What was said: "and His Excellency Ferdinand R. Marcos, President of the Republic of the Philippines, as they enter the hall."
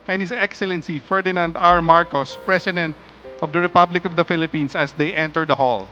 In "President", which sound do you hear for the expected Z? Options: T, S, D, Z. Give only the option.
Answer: S